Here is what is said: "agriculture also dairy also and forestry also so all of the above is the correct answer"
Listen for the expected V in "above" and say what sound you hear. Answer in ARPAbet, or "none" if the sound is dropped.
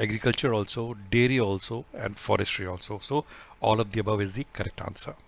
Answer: V